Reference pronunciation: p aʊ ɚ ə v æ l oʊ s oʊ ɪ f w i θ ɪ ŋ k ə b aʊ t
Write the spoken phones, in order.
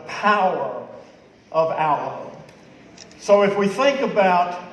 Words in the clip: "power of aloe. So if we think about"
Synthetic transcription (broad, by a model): p aʊ ɚ ə v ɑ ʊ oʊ s oʊ ɪ f w i θ ɪ ŋ k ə b aʊ t